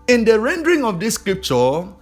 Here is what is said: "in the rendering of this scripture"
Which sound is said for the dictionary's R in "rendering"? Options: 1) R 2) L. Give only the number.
1